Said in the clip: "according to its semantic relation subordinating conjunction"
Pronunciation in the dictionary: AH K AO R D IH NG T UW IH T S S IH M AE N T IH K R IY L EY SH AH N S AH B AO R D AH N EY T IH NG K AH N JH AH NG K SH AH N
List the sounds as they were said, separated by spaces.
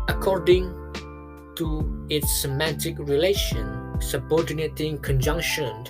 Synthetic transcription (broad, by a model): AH K AO R D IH NG T UW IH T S S IH M AE N T IH K R IY L EY SH AH N S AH B AO R D N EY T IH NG K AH N JH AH NG K SH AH N